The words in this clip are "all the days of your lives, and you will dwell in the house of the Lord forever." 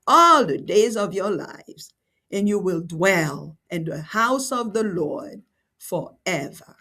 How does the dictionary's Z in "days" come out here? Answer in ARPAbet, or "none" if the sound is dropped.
Z